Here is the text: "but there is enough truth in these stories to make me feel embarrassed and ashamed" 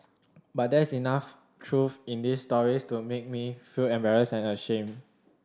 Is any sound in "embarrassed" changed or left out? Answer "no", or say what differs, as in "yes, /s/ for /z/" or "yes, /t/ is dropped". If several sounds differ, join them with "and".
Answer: yes, /t/ is dropped